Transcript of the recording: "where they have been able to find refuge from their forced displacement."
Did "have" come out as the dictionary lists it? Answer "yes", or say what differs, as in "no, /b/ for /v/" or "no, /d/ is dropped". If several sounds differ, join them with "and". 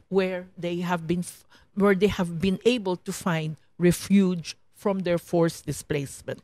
yes